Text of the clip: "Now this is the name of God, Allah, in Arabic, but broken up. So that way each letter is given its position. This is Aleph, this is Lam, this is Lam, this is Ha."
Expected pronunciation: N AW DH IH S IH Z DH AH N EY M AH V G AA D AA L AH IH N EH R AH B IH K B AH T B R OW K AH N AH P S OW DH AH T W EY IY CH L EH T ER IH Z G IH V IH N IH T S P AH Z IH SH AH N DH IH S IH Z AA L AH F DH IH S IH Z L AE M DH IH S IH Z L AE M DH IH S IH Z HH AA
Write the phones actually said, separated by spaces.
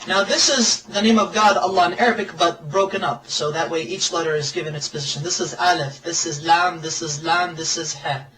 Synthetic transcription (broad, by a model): N AW DH IH S IH Z DH AH N EY M AH V G AA D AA L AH IH N EH R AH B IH K B AH T B R OW K AH N AH P S OW DH AH T W EY IY CH L EH T ER IH Z G IH V IH N IH T S P AH Z IH SH AH N DH IH S IH Z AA L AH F DH IH S IH Z L AE M DH IH S IH Z L AE M DH IH S IH Z HH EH